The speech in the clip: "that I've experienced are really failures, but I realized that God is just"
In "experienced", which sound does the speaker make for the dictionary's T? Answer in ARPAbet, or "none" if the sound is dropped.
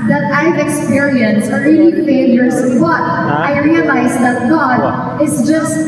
none